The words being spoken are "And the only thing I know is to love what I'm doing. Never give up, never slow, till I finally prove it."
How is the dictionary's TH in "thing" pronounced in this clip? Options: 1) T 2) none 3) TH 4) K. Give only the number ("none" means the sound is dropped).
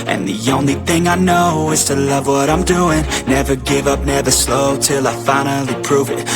3